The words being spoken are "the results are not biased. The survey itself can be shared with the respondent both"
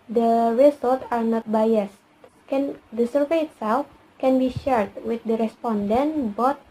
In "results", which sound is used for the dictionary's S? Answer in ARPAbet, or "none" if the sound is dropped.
none